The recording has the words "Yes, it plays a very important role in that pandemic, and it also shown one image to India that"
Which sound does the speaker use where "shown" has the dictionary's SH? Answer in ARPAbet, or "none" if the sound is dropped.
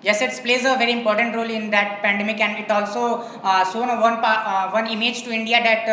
S